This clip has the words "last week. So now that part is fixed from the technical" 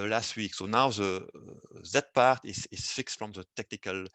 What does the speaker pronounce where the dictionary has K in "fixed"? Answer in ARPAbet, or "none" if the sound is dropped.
K